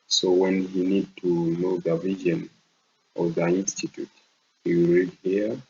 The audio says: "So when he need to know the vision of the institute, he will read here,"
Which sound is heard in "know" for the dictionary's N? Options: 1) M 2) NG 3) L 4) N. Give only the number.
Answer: 4